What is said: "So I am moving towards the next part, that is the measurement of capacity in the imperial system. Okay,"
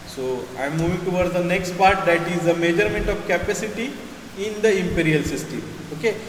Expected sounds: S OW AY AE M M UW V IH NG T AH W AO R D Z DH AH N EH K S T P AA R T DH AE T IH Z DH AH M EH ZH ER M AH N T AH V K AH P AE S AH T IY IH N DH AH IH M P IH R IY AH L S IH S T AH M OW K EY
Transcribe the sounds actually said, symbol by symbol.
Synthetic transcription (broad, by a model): S OW AY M M UW V IH NG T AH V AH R D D AH N EH K S T P AA R T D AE T IH Z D AH M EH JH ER M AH N T AH V K AH P AE S AH T IY IH N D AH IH M P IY R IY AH L S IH S T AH OW K EY